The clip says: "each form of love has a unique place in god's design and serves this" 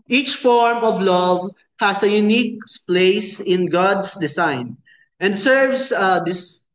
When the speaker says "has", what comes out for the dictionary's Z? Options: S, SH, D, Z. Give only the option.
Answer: S